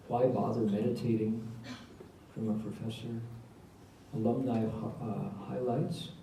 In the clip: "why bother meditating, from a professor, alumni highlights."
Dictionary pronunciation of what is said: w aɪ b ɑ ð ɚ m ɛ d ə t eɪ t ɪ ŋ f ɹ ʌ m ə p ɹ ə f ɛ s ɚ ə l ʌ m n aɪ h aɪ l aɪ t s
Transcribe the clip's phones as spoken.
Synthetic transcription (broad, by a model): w aɪ b ɑ ð ɚ m ɛ d ə t eɪ t ɪ ŋ f ɹ ʌ m ə p ɹ ə f ɛ s ɚ ə l ʌ m n aɪ h aɪ l aɪ t s